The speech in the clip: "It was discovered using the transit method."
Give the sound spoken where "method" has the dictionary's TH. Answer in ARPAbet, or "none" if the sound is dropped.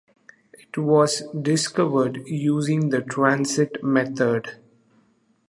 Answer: T